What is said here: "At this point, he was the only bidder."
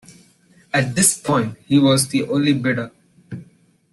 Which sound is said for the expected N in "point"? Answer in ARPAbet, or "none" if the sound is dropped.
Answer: N